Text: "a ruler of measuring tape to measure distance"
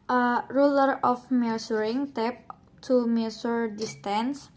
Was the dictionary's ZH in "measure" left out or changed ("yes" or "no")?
yes